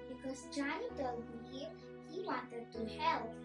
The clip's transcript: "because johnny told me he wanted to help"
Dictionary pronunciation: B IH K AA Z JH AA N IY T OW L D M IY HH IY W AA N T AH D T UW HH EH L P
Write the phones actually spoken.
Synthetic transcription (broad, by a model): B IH K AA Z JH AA IY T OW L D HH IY HH IY W AA N T AH D T UW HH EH L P